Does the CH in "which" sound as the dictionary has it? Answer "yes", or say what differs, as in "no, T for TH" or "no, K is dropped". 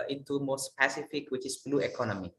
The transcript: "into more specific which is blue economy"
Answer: yes